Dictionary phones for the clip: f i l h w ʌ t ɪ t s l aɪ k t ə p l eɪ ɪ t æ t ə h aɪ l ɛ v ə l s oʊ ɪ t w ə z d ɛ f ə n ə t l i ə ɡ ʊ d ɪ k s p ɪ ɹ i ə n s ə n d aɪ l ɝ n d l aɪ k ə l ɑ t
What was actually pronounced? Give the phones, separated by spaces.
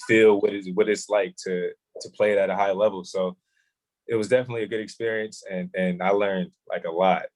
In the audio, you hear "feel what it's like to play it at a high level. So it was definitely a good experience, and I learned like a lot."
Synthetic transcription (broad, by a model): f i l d w ʌ t ɪ t s l aɪ k t ə p l eɪ ɪ t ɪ t ə h aɪ l ɛ v l s oʊ ɪ t w ə z d ɛ f ə n ə t l i ə ɡ ʊ d ɪ k s p ɪ ɹ i ə n s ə n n aɪ l ɝ n d l aɪ k ə l ɑ t